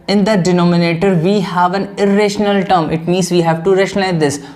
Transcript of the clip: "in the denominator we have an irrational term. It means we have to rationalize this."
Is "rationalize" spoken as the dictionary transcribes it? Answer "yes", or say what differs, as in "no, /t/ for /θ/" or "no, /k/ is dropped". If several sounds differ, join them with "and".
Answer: no, /l/ is dropped